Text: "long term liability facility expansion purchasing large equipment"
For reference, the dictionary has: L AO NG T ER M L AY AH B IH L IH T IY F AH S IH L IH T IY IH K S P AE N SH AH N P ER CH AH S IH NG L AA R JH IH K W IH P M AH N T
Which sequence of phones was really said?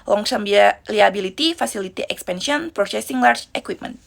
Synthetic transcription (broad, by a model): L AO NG S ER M L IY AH B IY L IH T IY F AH S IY L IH T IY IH K S P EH N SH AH N P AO S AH S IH NG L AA R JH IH K W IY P M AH N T